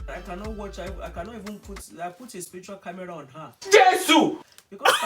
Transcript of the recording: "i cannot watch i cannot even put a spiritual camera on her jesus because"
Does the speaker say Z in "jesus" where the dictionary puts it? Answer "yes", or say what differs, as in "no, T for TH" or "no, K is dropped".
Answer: no, S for Z